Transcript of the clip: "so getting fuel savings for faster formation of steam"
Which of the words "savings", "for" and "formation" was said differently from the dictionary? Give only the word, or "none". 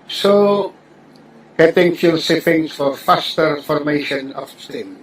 savings